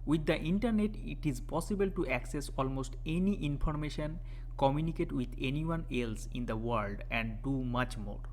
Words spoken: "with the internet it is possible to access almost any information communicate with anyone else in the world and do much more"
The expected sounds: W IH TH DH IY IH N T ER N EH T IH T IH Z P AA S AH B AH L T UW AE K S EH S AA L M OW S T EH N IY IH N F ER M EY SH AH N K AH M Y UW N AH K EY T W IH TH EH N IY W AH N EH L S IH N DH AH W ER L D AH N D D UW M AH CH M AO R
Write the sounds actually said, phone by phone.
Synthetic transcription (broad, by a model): W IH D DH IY N T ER N EH T IH T IH Z P AA S AH B AH L T UW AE K S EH S AA L M OW S T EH N IY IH N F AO M EY SH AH N K AH M Y UW N AH K EY T W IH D EH N IY W AH N EH L S IH N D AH W ER L D AH N D D UW M AH CH M AO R